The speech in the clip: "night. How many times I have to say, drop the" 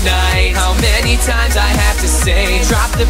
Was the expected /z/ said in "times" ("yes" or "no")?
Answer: yes